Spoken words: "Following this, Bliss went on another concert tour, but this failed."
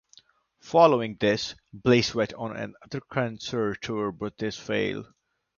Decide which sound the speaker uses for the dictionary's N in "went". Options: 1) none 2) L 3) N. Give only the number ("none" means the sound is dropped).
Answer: 1